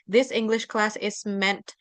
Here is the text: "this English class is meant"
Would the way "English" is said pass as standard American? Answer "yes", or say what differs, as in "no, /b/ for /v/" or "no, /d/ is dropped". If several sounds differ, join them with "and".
yes